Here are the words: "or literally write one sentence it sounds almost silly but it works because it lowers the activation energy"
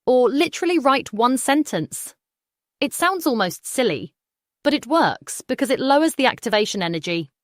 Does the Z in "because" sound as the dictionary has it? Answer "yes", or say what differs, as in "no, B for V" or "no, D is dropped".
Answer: yes